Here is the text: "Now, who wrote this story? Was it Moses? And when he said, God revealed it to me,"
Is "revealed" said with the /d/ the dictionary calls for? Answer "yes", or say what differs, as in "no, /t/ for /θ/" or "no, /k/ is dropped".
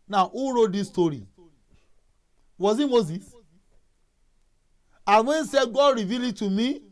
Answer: no, /d/ is dropped